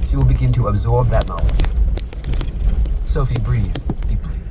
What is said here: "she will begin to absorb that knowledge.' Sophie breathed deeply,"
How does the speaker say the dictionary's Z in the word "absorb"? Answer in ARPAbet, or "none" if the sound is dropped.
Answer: Z